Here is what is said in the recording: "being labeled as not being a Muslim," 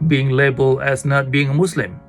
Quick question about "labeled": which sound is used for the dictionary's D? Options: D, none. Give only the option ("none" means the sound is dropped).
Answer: none